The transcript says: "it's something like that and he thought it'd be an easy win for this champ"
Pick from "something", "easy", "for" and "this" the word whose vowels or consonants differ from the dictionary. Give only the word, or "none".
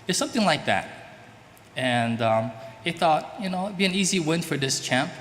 none